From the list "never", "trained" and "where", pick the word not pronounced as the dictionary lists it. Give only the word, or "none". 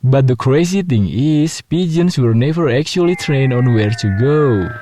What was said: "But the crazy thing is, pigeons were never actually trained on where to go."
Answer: trained